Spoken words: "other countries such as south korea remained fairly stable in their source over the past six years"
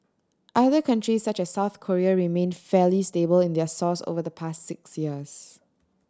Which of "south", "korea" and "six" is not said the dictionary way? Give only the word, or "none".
none